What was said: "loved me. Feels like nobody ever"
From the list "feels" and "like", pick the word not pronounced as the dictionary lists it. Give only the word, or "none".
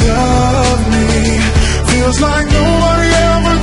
feels